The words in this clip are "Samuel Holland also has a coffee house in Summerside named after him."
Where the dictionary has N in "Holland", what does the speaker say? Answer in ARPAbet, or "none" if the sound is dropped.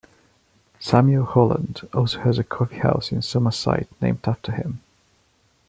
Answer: N